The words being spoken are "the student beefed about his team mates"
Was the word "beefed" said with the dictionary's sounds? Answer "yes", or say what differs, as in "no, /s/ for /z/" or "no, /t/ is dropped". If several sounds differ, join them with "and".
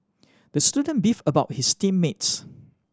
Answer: no, /t/ is dropped